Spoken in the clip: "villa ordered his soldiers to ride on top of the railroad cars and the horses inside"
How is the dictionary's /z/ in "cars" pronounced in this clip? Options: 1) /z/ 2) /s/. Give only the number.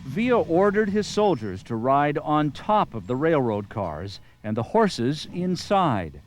1